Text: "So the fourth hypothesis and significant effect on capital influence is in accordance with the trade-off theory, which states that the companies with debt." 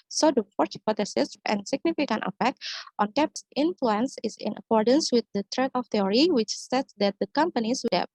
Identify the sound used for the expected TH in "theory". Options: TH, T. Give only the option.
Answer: T